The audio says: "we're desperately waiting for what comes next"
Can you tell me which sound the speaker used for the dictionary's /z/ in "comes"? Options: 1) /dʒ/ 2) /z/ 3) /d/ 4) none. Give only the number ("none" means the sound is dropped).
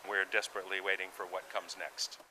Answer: 2